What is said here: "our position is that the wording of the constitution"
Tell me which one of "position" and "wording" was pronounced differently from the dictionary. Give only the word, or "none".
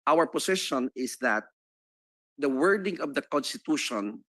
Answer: position